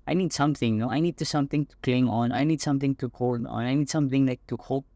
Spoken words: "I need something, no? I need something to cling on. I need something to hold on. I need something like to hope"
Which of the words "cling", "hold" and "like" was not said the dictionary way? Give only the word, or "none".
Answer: hold